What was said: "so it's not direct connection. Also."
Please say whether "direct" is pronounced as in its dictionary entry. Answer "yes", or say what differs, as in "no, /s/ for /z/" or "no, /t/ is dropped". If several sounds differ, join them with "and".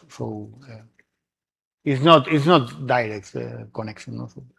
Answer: yes